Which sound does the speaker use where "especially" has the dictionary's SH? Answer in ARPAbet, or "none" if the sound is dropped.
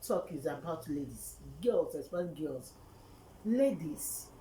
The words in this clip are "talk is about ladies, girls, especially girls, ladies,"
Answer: none